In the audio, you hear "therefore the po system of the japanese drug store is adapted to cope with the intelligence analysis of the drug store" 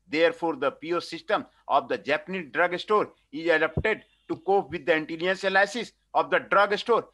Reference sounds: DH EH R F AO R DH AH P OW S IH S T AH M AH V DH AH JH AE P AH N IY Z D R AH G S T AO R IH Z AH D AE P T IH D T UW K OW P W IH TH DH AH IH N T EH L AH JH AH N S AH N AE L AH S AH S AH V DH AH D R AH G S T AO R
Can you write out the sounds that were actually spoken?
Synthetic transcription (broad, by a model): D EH R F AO R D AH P OW S IH S T AH M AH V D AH JH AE P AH N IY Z D R AH G S T AO R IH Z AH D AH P T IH D T UW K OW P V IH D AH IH N T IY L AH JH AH N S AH L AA AH S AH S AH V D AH D R AH G S T AO R